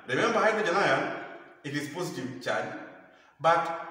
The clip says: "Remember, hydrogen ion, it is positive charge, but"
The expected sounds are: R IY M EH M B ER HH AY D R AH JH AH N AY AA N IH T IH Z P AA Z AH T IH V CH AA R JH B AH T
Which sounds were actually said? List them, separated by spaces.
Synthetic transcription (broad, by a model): R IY M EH M B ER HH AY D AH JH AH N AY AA IH T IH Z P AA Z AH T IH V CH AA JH B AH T